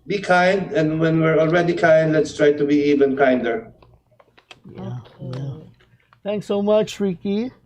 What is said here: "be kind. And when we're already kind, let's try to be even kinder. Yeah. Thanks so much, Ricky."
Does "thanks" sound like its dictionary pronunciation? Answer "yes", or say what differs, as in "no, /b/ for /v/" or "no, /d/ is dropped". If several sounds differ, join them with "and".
no, /t/ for /θ/